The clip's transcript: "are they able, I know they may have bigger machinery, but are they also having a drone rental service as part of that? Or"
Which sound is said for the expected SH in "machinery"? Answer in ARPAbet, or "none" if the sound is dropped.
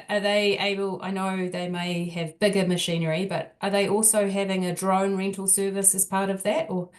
SH